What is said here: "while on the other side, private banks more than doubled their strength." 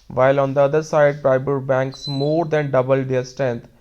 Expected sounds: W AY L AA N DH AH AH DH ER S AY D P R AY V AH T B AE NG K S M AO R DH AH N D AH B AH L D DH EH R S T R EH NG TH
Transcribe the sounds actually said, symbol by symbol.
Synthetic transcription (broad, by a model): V AY L AA N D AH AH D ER S AY D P R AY B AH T B AE NG K S M AO R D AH N D AH B AH L D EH R S T R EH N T